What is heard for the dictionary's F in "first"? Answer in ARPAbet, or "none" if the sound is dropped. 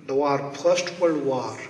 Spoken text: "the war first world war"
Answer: P